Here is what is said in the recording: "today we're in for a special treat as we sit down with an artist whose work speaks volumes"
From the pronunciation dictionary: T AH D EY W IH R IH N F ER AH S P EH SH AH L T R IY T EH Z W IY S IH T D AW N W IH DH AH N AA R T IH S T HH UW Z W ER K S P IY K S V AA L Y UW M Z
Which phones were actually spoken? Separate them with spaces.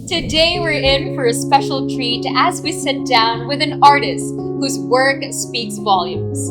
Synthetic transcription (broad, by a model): T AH D EY W IH R IH N F ER AH S P EH SH L T R IY T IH Z W IY S IH T D AW N W IH DH AH N AA R T IH S T HH UW Z W ER K S P IY K S V AA L Y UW M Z